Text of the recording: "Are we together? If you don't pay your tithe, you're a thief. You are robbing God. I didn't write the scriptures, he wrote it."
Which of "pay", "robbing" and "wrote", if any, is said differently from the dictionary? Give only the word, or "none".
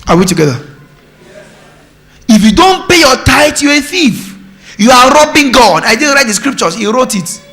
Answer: none